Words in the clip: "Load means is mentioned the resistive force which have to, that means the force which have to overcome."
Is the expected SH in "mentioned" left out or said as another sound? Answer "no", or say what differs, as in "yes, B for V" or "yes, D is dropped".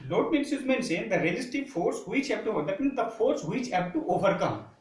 yes, S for SH